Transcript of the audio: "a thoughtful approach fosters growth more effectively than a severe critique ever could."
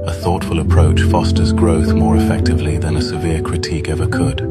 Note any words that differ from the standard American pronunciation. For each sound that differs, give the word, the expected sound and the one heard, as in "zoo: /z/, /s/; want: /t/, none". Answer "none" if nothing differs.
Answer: none